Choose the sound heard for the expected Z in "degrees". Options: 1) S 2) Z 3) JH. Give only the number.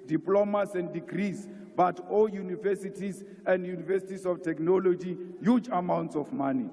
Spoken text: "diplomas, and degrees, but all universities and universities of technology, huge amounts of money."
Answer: 1